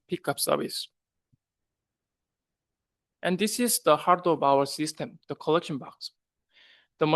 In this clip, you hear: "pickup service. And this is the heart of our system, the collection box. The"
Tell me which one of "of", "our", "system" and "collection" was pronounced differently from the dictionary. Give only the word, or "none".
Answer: of